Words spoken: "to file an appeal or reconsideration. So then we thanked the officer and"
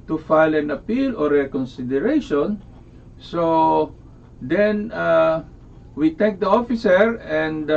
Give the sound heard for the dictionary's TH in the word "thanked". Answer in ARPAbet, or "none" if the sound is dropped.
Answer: T